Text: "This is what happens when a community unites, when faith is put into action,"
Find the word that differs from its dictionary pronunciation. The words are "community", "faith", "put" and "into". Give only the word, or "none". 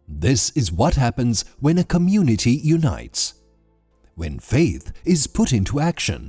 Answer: none